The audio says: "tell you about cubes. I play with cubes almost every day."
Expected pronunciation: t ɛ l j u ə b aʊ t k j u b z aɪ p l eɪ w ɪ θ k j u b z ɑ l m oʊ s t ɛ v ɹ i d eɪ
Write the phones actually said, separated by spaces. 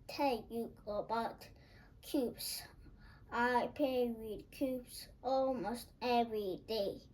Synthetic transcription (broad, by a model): t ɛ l j u ə b aʊ t k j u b s aɪ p eɪ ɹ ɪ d k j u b s ɑ l m oʊ s t ɛ v ɹ i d eɪ